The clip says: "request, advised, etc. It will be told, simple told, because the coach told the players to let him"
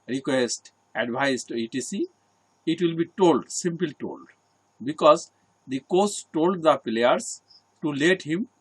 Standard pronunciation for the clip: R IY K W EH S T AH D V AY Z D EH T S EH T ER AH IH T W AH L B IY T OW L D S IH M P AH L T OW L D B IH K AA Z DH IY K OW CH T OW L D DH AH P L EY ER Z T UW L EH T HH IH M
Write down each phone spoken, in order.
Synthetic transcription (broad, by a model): R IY K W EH S T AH D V AY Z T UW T IY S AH IH T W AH L B IY T OW L D S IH M P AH L T OW L D B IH K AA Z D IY K OW S T OW L D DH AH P L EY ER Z T UW L EH T HH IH M